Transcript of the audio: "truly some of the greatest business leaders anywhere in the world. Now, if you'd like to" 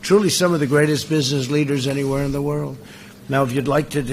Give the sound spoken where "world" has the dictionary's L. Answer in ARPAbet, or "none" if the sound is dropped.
L